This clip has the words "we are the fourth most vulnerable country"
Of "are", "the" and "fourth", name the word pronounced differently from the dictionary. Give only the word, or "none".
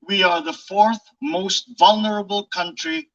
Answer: none